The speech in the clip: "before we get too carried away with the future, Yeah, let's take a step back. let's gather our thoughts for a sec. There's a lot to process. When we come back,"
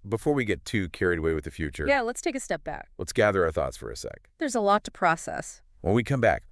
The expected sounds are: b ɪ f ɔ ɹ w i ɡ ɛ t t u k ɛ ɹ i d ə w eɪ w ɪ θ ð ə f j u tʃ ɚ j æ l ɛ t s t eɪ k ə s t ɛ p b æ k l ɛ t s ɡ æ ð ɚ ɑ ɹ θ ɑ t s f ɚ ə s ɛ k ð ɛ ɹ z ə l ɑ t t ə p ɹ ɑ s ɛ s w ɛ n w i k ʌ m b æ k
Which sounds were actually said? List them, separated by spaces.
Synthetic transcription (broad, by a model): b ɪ f ɔ ɹ w i ɡ ɛ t t u k ɛ ɹ i d ə w eɪ w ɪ ð ə f j u tʃ ɚ j æ l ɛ t s t eɪ k ə s t ɛ p b æ k l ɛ t s ɡ æ ð ɚ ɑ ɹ θ ɑ t s f ɚ ə s ɛ k ð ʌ ɹ z ə l ɑ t t ə p ɹ ɑ s ɛ s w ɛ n w i k ʌ m b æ k